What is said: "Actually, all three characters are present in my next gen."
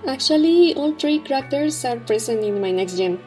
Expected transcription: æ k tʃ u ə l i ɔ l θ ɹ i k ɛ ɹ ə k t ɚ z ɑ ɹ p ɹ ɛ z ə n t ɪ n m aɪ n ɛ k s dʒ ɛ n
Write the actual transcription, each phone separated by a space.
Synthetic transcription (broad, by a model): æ k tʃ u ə l i ɔ l t ɹ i k ɹ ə k t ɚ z ɑ ɹ p ɹ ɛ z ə n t ɪ n m aɪ n ɛ k s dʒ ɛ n